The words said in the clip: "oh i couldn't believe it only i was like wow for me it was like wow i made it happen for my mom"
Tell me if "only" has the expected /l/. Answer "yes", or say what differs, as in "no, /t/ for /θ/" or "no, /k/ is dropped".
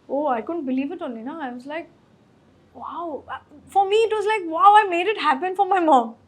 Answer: no, /n/ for /l/